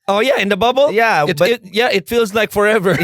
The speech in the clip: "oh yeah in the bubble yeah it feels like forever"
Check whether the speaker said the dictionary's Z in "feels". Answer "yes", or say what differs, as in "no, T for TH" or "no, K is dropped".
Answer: yes